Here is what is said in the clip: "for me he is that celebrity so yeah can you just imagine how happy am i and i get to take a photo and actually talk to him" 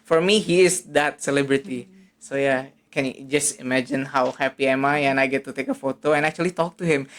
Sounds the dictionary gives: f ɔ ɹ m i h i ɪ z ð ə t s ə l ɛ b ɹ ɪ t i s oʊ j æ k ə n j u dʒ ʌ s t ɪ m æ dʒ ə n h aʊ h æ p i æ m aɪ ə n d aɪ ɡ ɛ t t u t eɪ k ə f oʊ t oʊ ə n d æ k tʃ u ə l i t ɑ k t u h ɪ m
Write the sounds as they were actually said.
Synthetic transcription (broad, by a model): f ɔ ɹ m i h i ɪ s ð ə t s ə l ɛ b ɹ ɪ t i s oʊ j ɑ k ə n j u dʒ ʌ s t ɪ m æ dʒ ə n h aʊ h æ p i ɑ m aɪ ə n aɪ ɡ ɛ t t u t eɪ k ə f oʊ t oʊ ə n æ k tʃ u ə l i t ɑ k t u h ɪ m